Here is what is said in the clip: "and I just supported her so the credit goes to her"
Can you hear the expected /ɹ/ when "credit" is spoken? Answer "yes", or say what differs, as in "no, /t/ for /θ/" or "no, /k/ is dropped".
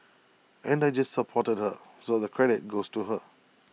yes